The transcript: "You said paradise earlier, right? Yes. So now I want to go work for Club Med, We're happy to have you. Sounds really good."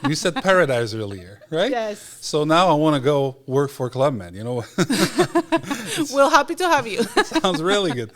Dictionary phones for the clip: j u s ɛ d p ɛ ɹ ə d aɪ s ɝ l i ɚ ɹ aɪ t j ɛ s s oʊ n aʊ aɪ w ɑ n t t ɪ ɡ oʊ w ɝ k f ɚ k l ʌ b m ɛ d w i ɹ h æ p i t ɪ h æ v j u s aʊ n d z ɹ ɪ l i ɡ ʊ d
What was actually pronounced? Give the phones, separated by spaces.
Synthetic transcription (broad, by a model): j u s ɛ d p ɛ ɹ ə d aɪ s ɝ l i ɚ ɹ aɪ t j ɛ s s oʊ n aʊ aɪ w ɑ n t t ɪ ɡ oʊ w ɝ k f ɚ k l ʌ b m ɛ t w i l h æ p i t ɪ h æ v j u s aʊ n d z ɹ ɪ l i ɡ ʊ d